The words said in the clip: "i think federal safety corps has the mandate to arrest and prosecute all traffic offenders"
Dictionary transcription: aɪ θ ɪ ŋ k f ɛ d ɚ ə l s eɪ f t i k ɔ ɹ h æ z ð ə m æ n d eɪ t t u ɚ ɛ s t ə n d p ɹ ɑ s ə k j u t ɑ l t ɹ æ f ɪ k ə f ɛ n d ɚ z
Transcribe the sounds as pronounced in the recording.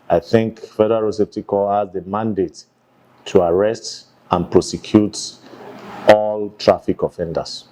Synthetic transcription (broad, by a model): aɪ θ ɪ ŋ k f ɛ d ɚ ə s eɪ p t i k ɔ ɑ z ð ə m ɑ n d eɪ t t u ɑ ɛ s t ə n p ɹ ɑ s ə k j u t ɑ l t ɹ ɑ f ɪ k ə f ɛ n d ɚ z